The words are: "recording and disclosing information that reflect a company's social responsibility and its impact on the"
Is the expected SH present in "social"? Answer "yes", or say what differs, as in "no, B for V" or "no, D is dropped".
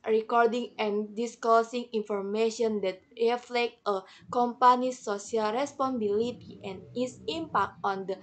no, SH is dropped